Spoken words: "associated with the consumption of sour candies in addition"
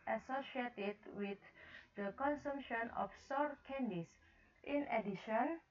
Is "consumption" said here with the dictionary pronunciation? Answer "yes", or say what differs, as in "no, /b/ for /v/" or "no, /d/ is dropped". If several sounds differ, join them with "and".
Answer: yes